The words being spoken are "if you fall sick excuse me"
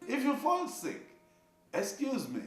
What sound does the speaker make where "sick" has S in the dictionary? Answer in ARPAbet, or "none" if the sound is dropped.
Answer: S